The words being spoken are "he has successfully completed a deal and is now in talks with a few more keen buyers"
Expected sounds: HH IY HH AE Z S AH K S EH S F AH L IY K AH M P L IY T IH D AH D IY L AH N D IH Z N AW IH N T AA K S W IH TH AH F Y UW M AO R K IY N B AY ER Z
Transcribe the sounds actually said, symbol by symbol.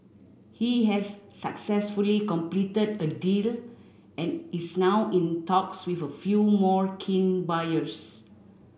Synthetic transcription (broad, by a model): HH IY HH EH S AH K S EH S F AH L IY K AH M P L IY T IH D AH D IY L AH N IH S N AW IH N T AA K S W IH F AH F Y UW M AO R K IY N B AY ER S